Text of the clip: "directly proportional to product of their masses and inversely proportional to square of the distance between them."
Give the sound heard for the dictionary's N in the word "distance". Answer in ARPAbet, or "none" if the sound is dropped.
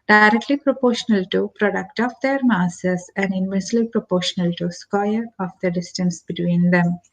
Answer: N